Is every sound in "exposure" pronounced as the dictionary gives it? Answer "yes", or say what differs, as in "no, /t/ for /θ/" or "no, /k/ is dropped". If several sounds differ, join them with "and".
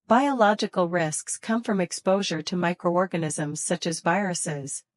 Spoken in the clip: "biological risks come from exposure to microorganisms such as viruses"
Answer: yes